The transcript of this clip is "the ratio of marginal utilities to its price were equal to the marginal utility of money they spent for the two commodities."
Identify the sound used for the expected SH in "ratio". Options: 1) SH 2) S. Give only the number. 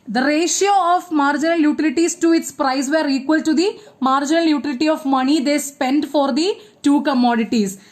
1